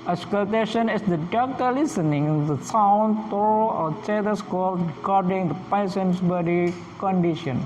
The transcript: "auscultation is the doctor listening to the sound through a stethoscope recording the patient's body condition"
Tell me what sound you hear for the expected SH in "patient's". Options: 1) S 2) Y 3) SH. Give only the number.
1